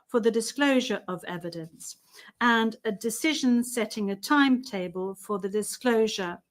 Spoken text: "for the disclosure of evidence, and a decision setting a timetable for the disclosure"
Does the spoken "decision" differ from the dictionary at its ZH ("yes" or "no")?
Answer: no